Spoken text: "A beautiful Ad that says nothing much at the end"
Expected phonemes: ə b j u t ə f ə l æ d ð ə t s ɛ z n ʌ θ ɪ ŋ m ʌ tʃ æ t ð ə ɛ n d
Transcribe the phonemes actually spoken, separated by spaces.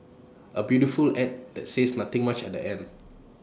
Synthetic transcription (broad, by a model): ə b j u t ə f ə l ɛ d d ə t s ɛ s n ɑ t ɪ ŋ m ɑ tʃ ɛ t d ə ɛ n d